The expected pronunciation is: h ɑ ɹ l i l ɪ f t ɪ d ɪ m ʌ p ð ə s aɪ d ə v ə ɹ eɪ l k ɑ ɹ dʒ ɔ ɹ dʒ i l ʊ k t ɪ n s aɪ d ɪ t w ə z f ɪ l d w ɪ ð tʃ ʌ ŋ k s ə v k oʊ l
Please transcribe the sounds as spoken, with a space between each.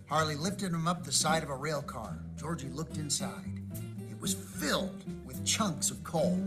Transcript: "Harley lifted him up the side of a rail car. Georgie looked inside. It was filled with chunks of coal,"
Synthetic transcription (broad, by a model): h ɑ ɹ l i l ɪ f t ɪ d ɪ m ʌ p ð ə s aɪ d ə v ə ɹ eɪ l k ɑ ɹ dʒ ɔ ɹ dʒ i l ʊ k t ɪ n s aɪ d ɪ t w ə z f ɪ l d w ɪ ð tʃ ʌ ŋ k s ə v k oʊ l